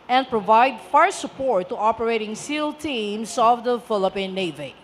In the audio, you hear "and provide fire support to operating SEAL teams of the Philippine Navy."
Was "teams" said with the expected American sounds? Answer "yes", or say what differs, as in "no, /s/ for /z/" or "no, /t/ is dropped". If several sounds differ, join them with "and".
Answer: no, /s/ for /z/